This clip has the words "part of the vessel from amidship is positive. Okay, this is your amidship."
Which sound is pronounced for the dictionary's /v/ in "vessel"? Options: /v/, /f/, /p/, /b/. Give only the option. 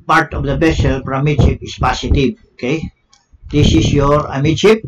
/b/